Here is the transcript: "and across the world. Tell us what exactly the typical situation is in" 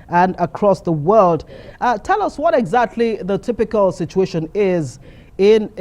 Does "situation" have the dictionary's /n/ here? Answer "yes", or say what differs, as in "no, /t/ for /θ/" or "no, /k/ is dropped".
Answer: yes